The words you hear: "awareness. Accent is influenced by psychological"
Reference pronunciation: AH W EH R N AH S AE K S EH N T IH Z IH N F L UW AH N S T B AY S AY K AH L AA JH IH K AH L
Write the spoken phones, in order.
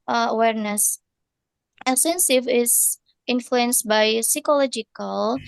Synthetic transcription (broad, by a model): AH W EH R N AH S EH S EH N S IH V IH N F L UW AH N S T B AY S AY K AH L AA JH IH K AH L